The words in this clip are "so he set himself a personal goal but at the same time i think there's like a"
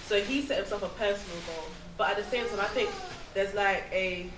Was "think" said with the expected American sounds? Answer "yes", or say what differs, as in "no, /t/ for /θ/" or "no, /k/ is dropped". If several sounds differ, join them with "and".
yes